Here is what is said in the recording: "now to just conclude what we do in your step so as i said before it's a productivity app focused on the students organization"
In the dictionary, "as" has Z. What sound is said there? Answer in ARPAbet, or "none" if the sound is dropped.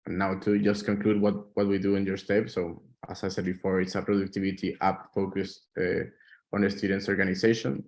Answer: S